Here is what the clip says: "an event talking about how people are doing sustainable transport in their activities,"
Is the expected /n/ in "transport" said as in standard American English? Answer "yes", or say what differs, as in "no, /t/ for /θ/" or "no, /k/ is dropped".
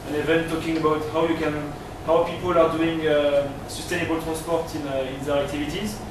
no, /n/ is dropped